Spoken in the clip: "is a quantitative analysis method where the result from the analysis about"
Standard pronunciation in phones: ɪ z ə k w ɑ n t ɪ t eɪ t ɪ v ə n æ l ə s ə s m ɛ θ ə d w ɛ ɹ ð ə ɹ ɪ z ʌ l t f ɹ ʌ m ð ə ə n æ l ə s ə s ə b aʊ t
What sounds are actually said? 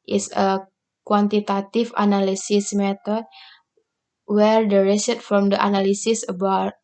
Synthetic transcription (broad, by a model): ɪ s ə k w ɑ n t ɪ t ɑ t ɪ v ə n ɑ l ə s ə s m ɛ t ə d w ɛ ɹ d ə ɹ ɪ s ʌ t f ɹ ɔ m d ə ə n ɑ l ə s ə s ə b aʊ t